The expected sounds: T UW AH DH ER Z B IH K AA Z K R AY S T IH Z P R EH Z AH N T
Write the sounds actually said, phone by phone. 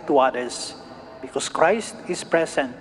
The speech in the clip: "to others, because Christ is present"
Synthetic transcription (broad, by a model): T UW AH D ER S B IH K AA S K R AY S T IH S P R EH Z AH N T